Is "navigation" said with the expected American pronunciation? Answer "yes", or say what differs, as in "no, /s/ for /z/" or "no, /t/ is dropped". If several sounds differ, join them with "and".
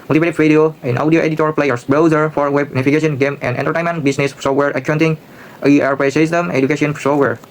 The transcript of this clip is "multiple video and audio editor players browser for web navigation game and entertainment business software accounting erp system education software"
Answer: no, /f/ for /v/